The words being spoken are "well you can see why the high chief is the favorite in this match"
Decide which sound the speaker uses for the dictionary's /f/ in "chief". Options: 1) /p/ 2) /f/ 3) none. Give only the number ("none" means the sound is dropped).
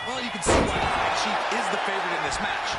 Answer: 3